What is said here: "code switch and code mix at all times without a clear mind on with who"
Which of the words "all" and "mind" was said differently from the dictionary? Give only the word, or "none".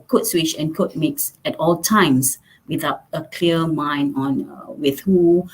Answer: mind